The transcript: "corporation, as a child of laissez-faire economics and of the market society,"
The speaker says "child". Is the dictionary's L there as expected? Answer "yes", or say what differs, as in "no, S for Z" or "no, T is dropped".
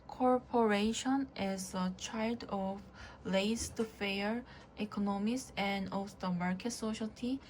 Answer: yes